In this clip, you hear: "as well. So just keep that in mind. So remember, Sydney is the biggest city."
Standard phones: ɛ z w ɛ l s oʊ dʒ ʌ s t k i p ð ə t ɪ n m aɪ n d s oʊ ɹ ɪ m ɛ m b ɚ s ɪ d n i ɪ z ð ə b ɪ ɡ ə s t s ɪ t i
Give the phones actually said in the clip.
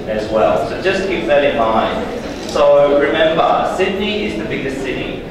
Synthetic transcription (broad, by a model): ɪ z w ɛ l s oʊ dʒ ʌ s k i p ð ə t ɪ n m aɪ n d s oʊ ɹ ɪ m ɛ m b ɚ s ɪ d n i ɪ z ð ə b ɪ ɡ ə s t s ɪ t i